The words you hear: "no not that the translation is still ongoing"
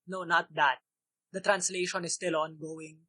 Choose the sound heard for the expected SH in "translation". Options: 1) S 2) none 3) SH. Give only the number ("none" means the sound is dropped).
3